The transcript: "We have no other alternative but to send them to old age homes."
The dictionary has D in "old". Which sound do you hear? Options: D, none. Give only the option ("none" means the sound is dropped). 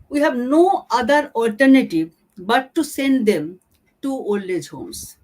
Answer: none